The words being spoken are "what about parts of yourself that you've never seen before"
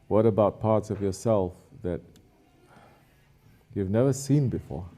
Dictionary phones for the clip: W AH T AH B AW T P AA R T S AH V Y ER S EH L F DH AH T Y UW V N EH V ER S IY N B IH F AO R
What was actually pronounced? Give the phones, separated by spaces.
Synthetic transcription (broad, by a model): W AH T AH B AW T P AA R T S AH V Y ER S EH L F DH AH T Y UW V N EH V ER S IY N B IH F AO R